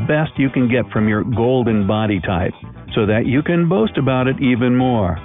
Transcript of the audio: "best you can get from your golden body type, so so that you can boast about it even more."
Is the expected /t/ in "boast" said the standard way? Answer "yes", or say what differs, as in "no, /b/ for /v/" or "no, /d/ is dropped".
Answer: yes